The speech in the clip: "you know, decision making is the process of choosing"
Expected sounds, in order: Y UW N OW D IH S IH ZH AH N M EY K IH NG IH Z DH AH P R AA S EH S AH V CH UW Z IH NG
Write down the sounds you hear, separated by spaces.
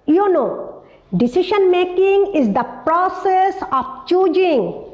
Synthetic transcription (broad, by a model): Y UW N OW D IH S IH SH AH N M EY K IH NG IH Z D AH P R AA S EH S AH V CH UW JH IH NG